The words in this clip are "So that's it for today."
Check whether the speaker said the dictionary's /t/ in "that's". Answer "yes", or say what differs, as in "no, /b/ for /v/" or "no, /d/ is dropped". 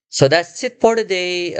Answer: no, /s/ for /t/